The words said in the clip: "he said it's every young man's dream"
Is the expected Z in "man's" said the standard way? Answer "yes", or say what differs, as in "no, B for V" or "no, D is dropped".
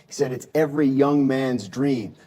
yes